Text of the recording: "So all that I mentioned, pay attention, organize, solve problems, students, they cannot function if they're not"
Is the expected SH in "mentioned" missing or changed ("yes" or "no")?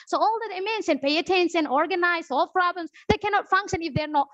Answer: yes